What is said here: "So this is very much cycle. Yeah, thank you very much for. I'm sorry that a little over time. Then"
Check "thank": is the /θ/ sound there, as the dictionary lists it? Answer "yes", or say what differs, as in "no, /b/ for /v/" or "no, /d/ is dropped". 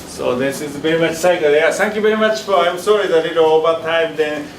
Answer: no, /t/ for /θ/